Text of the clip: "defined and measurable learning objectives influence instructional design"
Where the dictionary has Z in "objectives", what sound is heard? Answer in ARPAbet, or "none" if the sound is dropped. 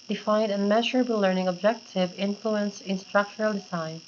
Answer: none